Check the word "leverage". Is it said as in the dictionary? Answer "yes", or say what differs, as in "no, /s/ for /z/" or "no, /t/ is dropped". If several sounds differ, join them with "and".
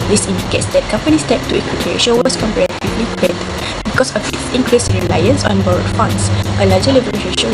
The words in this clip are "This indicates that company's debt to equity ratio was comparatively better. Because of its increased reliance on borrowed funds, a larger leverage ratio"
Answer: no, /ɹ/ is dropped